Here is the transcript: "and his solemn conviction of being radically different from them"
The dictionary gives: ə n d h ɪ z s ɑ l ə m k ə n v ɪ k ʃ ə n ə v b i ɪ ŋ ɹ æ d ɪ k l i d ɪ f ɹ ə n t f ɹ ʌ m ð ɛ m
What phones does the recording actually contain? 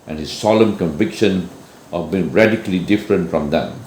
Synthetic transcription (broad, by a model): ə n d h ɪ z s ɑ l ə m k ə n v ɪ k ʃ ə n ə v b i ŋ ɹ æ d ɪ k l i d ɪ f ɹ ə n t f ɹ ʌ m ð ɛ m